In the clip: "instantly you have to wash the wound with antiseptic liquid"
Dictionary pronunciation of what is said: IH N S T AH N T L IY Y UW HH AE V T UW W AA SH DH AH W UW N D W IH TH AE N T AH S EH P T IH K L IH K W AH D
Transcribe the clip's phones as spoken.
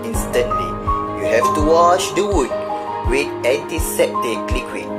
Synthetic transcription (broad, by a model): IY N S T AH N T L IY Y UW HH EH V T UW W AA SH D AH W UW D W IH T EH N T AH S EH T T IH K L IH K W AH